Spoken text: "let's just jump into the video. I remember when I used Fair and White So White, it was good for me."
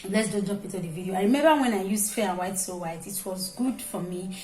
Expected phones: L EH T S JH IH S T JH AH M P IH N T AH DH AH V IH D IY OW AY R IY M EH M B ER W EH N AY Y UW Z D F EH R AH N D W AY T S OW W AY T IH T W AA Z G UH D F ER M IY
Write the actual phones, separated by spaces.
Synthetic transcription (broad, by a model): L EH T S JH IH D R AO P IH T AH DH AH V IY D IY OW AY R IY M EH M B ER W EH N AY Y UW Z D F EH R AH W AY T S OW W AY T IH T W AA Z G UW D F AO M IY